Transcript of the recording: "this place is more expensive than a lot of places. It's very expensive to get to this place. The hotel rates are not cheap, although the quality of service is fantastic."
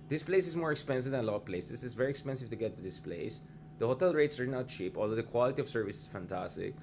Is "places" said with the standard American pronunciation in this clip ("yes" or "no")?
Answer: no